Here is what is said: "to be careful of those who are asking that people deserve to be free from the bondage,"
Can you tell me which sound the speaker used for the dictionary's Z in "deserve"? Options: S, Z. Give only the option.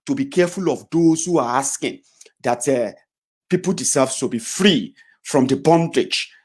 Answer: S